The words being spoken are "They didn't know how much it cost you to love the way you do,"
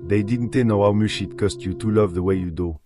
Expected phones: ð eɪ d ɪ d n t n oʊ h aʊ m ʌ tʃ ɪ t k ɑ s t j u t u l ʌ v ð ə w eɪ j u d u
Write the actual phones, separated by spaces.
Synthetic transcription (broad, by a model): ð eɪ d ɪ d n t n oʊ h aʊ m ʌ ʃ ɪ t k ɑ s t j u t u l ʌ v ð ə w eɪ j u d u